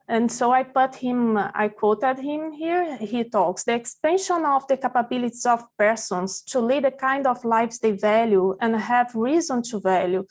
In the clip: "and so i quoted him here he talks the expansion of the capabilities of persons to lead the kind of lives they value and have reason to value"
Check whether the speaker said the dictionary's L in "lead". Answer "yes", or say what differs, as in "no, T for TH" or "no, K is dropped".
yes